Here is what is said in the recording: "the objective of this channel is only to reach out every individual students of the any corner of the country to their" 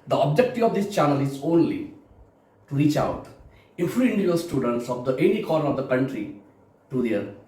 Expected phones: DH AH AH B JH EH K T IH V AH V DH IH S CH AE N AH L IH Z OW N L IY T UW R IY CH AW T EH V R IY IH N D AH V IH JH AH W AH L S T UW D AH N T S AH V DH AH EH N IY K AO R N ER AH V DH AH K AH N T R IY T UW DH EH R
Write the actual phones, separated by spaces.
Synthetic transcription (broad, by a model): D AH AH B JH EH K T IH AH V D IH S CH AE N AH L IH Z OW N L IY T UW R IY CH AW T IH F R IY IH N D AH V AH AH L S T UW D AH N T S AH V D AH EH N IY K AO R ER AH V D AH K AH N T R IY T UW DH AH R